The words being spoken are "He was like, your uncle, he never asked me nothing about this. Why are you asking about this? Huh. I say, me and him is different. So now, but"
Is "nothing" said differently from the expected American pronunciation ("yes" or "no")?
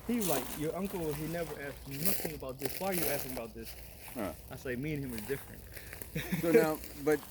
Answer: no